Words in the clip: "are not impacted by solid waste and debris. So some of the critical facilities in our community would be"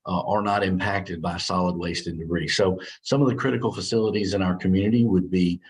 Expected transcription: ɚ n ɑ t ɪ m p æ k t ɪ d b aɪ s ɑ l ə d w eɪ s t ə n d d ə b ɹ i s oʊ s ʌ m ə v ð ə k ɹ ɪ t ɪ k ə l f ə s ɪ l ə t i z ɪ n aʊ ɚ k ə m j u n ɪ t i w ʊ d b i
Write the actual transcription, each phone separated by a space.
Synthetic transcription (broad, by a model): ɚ n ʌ t ɪ m p æ k t ɪ d b aɪ s ɑ l ə d w eɪ s t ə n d d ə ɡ ɹ i s oʊ s ʌ m ə v ð ə k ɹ ɪ t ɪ k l f ə s ɪ l ə t i z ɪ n aʊ ɚ k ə m j u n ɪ t i w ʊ d b i